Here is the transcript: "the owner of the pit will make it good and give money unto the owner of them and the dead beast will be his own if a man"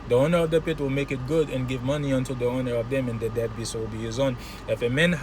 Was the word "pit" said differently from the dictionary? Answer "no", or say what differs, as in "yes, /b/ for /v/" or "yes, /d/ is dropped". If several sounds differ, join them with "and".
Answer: no